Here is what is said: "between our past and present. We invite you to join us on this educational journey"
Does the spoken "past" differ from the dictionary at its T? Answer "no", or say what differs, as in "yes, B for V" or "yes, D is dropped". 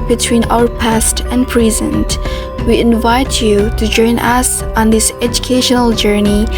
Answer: no